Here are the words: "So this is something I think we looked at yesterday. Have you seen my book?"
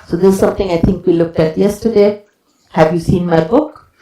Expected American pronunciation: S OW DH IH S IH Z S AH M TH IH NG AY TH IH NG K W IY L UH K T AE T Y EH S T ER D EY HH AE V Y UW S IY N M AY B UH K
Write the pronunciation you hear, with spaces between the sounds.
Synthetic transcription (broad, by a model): S OW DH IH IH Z S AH M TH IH NG AY T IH NG K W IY L UH K T AE T Y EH S T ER D EY HH AE V Y UW S IY N M AY B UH K